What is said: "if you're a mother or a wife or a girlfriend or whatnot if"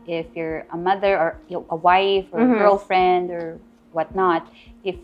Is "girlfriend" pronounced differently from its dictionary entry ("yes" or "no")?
no